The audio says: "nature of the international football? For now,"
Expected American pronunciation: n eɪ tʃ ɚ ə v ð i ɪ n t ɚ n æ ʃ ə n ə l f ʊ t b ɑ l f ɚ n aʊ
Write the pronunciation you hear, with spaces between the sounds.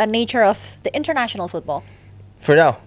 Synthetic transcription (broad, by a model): n eɪ tʃ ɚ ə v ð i ɪ n t ɚ n æ ʃ ə n ə l f ʊ t b ɑ l f ɚ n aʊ